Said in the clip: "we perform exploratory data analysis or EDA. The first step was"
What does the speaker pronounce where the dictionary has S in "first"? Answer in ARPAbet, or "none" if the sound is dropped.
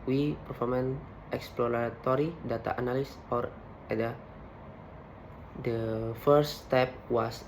none